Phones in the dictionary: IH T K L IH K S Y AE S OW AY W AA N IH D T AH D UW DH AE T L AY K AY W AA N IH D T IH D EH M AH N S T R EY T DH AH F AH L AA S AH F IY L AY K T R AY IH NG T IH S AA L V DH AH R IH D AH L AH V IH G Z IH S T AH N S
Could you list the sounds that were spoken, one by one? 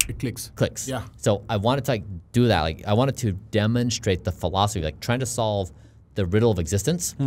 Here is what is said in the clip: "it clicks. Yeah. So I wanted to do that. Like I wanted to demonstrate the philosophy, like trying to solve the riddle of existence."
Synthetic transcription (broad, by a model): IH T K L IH K S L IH S OW AY W AA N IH D T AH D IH DH AE T L AY K AY W AA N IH D T IH D EH M AH N S T R EY T DH AH F AH L AA S AH F IY L AY K T R AY IH NG T IH S AA L V DH AH R IH D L AH V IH G Z IH S T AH N S